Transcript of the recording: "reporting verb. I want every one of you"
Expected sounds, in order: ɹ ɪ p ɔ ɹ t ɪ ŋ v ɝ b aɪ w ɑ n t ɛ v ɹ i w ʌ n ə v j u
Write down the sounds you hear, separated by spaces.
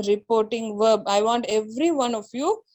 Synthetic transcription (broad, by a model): ɹ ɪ p ɔ ɹ t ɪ ŋ v ɝ b aɪ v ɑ n t ɛ v ɹ i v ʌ n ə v j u